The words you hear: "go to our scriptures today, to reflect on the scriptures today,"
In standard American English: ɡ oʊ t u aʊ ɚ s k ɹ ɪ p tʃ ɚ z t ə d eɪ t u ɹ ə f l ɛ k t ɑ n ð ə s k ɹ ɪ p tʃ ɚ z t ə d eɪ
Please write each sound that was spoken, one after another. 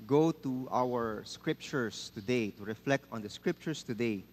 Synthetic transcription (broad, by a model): ɡ oʊ t u aʊ ɚ s k ɹ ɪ p tʃ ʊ s t ə d eɪ t u ɹ ə f l ɛ k t ɑ n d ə s k ɹ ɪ p tʃ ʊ s t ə d eɪ